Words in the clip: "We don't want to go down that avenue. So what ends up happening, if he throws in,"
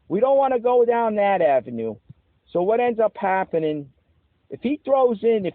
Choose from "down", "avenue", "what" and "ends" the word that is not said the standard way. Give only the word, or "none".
none